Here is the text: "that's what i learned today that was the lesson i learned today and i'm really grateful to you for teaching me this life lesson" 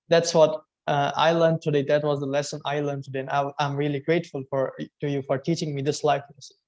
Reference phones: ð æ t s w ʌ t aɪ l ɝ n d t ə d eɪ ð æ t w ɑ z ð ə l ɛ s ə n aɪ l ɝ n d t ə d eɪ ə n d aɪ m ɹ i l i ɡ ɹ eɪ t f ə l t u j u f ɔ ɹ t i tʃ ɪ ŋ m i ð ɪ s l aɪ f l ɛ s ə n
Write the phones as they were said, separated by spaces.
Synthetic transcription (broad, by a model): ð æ t s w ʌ t aɪ l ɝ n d t ə d eɪ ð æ t w ɑ z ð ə l ɛ s ə n aɪ l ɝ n t ə d eɪ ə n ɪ aɪ m ɹ i l i ɡ ɹ eɪ t f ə l t u j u f ɔ ɹ t i tʃ ɪ ŋ m i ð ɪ s l aɪ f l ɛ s